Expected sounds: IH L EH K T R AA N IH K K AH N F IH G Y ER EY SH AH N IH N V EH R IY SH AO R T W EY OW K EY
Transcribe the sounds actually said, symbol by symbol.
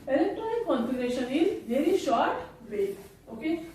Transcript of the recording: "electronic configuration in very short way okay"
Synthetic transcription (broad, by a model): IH L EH K T R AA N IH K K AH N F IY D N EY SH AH N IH L V EH R IY SH AO R T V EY OW K EY